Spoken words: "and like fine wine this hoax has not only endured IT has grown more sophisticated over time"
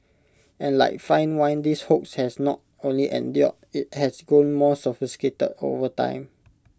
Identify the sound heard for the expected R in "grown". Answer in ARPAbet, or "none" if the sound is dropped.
none